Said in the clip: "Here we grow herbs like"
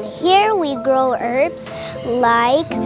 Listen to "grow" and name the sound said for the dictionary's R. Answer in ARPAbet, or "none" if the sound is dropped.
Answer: R